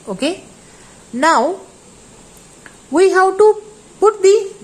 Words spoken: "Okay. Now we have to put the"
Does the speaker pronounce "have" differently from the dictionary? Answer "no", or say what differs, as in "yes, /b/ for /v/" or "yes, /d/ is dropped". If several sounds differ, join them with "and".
yes, /w/ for /v/